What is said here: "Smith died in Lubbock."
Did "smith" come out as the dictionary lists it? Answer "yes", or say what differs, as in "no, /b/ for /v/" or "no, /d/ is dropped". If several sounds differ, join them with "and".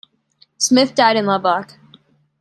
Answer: yes